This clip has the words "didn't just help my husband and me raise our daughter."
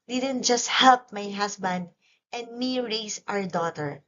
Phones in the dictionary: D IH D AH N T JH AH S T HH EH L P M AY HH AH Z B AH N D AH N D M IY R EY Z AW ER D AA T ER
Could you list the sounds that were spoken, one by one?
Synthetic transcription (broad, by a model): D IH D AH N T JH AH S T HH EH L P M AY HH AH S B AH N D AH N D M IY R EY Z AW ER D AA T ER